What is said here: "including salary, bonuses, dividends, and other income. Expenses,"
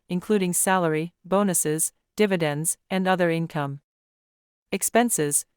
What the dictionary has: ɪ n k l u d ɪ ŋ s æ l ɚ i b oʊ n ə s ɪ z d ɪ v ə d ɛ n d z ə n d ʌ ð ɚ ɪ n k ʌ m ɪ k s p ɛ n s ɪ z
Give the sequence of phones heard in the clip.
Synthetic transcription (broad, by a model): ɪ n k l u d ɪ ŋ s æ l ɚ i b oʊ n ə s ɪ z d ɪ v ə d ɛ n d z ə n ʌ ð ɚ ɪ n k ʌ m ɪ k s p ɛ n s ɪ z